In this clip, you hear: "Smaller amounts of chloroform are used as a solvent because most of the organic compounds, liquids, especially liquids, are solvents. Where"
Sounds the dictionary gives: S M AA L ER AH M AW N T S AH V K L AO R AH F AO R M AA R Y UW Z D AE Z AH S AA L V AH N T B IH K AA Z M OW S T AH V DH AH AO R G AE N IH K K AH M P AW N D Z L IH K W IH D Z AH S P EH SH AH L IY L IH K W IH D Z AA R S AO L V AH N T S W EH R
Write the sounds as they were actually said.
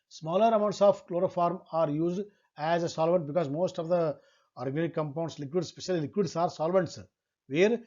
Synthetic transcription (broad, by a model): S M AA L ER AH M AW N T S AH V K L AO R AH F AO R M AA R Y UW Z D AE Z AH S AA L V AH N T B IH K AA Z M OW S T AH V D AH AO R G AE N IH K K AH M P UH N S L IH K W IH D S P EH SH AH L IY L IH K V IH D S AA R S AO L V AH N T S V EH R